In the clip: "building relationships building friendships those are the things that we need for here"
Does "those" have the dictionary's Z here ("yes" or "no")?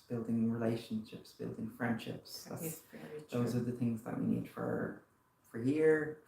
yes